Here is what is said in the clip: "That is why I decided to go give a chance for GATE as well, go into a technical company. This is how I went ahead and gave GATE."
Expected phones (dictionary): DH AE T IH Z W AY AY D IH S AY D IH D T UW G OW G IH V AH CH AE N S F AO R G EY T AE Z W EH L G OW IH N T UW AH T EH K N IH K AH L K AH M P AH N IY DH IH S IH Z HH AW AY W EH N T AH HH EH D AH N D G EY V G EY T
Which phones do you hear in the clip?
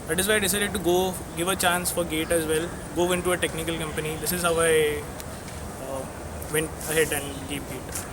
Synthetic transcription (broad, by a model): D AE T IH Z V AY AY D IH S AY D IH D T UW G OW G IH V AH CH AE N S F AO R G EY T AE Z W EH L G OW IH N T UW AH T EH K N IH K AH L K AH M P AH N IY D IH S IH Z HH AW AY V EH N T AH HH EH D AH N D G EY P G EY T